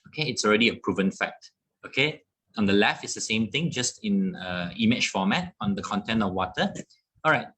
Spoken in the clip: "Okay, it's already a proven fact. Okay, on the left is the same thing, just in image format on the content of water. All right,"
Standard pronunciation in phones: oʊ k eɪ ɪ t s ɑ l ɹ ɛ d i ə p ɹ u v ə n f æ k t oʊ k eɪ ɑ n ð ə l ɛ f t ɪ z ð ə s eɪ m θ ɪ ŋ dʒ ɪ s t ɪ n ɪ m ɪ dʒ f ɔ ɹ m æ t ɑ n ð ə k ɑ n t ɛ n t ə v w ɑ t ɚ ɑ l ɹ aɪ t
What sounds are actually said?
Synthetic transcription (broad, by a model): oʊ k eɪ ɪ t s ɑ l ɹ ɛ d i ə p ɹ u v ə n f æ k t oʊ k eɪ ɑ n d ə l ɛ f ɪ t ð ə s eɪ m t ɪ ŋ dʒ ɪ s t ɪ n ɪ m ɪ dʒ f ɔ m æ t ɑ n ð ə k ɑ n t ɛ n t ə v w ɑ t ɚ ɑ l ɹ aɪ t